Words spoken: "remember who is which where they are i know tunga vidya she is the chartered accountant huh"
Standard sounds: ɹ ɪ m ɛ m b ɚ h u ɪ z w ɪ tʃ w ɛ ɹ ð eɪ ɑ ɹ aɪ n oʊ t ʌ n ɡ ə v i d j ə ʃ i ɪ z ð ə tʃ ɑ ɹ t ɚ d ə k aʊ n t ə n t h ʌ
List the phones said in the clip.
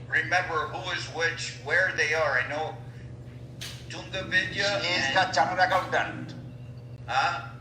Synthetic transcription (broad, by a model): ɹ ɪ m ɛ m b ɚ h u ɪ z w ɪ tʃ w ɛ ɹ ð eɪ ɑ ɹ aɪ n oʊ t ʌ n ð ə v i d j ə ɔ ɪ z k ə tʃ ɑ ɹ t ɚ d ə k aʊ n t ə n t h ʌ